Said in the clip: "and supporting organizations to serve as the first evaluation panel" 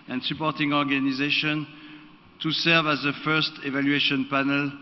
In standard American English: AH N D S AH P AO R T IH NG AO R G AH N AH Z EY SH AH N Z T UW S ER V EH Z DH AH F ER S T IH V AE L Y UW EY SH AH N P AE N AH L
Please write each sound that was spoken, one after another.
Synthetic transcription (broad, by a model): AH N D S AH P AO R T IH NG AO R G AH N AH Z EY SH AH N T UW S ER V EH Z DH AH F ER S T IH V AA L Y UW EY SH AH N P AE N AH L